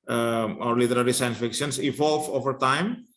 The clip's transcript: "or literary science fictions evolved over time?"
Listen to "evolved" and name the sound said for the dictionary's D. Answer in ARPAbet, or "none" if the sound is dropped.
none